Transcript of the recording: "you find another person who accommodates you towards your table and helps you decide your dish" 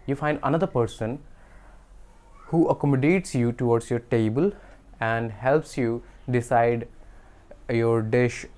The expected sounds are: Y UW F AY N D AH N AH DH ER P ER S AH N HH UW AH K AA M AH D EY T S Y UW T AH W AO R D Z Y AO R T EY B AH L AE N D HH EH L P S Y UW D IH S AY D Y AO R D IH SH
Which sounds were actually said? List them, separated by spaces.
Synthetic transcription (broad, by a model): Y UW F AY N D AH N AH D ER P ER S AH N HH UW AH K AA M AH D EY T S Y UW T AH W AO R D S Y AO R T EY B AH L AE N D HH EH L P S Y UW D IH S AY D Y AO R D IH SH